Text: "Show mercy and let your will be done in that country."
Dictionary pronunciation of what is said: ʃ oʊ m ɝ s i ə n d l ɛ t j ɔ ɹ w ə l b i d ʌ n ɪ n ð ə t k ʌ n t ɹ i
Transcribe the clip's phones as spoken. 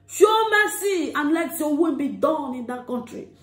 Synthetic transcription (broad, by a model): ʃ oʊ m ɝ s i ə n l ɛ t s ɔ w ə n b i d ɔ n ɪ n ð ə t k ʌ n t ɹ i